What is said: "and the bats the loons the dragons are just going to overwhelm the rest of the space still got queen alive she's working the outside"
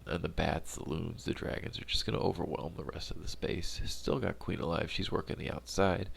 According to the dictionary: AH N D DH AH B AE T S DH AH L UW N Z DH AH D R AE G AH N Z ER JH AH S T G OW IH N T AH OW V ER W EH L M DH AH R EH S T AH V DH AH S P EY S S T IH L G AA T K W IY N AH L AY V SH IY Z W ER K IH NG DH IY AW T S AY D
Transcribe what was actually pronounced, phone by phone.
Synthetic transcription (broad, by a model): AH N DH AH B AE T S DH AH L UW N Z DH AH D R AE G AH N Z ER JH AH S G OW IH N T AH OW V ER W EH L M DH AH R EH S T AH V DH AH S P EY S S T IH L G AA T K W IY N AH L AY V SH IY Z W ER K IH NG DH IY AW T S AY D